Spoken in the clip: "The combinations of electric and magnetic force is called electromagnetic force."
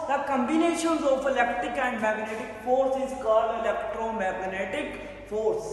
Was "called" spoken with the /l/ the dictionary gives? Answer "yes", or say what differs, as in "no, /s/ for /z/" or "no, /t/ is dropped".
no, /l/ is dropped